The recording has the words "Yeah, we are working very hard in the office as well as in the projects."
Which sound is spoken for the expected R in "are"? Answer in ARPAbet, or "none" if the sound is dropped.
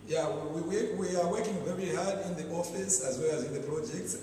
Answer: W